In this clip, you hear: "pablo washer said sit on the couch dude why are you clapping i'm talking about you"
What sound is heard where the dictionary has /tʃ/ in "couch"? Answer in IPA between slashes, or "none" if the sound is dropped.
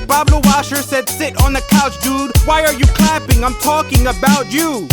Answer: /tʃ/